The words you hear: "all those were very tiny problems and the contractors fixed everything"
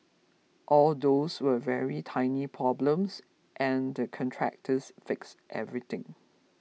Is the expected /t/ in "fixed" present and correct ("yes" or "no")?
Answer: yes